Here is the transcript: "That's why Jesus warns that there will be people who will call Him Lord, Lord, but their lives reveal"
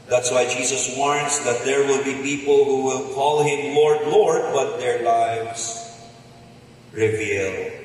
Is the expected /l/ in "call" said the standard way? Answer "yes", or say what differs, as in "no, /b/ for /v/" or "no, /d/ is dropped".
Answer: yes